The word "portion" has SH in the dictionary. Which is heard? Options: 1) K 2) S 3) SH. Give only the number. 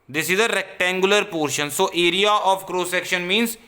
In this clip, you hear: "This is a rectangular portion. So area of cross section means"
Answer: 3